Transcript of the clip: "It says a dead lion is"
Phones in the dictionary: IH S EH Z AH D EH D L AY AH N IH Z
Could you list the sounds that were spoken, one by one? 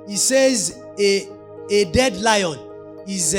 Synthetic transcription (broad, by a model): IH S EH Z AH D EH D L AY AH N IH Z